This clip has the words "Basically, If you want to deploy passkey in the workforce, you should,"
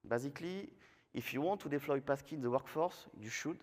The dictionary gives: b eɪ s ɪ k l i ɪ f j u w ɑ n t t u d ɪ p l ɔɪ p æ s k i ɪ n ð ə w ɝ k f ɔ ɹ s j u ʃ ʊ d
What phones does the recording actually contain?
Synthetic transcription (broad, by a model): b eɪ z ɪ k l i ɪ f j u w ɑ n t t u d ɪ f l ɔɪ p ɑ s k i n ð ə w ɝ k f ɔ ɹ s j u ʃ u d